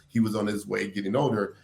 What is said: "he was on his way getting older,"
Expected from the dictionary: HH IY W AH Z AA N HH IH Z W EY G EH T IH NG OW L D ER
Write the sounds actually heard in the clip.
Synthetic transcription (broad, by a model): HH IY W AH Z N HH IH Z W EY G EH T IH NG OW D ER